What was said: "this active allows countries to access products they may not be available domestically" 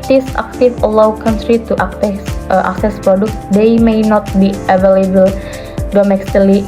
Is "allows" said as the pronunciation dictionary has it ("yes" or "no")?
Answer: no